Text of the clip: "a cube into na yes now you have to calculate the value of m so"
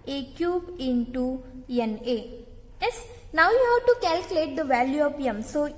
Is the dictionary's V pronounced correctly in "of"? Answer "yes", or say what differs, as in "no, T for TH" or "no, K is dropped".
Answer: no, P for V